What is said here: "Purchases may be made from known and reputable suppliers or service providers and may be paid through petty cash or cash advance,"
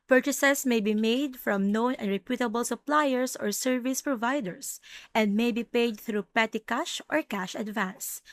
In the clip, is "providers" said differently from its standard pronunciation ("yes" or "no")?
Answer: yes